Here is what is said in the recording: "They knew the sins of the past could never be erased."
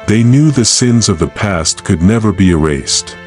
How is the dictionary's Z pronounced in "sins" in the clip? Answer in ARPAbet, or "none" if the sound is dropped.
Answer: Z